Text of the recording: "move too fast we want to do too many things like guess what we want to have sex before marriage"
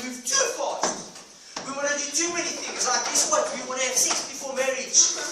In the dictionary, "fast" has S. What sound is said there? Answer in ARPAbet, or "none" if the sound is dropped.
none